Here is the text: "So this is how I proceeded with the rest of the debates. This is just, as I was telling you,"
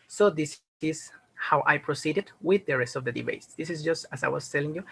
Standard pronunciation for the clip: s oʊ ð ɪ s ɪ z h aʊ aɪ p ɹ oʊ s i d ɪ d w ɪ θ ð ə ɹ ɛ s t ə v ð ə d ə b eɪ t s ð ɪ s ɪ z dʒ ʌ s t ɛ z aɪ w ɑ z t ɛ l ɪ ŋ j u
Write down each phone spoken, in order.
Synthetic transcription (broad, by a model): s oʊ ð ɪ s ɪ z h aʊ aɪ p ɹ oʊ s i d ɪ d w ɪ ð ə ɹ ɛ s t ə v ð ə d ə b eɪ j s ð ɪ s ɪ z dʒ ʌ s t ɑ s aɪ w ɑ s t ɛ l ɪ ŋ j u